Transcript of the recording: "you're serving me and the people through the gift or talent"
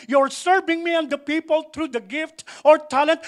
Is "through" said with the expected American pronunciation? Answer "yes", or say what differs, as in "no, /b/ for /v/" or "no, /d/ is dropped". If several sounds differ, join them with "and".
no, /t/ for /θ/